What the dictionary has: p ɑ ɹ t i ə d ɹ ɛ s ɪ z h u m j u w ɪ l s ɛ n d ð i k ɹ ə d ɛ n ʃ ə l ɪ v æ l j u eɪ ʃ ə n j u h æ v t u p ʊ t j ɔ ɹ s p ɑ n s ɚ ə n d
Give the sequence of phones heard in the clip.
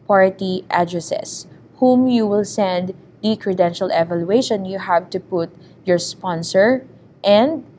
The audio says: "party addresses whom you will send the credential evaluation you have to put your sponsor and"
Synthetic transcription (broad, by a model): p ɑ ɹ t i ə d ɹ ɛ s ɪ s h u m j u w ɪ l s ɛ n d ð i k ɹ ə d ɛ n ʃ ə l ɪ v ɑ l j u eɪ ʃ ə n j u h æ v t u p ʊ t j ɔ ɹ s p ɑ n s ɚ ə n d